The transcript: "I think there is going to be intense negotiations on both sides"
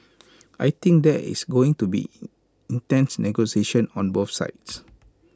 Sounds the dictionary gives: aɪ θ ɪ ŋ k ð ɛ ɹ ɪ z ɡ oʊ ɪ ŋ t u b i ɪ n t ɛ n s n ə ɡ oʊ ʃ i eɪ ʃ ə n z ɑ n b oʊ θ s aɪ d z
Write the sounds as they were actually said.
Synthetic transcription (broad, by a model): aɪ t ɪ ŋ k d ɛ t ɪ s ɡ oʊ ɪ ŋ t u b i ɪ n t ɛ n s n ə ɡ oʊ s i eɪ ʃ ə n ɑ n b oʊ f s aɪ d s